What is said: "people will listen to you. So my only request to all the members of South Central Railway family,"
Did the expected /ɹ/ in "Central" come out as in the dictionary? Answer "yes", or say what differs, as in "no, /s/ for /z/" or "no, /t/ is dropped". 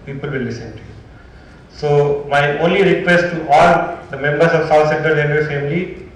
no, /ɹ/ is dropped